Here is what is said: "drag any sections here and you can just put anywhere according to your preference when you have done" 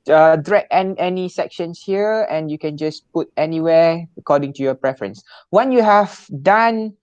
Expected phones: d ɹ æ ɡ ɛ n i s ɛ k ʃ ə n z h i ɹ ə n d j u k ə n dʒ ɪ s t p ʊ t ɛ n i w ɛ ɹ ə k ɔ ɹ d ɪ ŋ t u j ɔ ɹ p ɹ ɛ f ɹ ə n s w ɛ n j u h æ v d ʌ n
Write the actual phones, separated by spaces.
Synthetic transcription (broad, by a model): d ɹ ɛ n ɛ n i s ɛ k ʃ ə n s h i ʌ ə n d j u k ə n dʒ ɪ s p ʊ t ɛ n i w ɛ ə k ɔ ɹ d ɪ ŋ t u j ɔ p ɹ ɛ f ɹ ə n s w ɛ n j u h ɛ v d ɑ n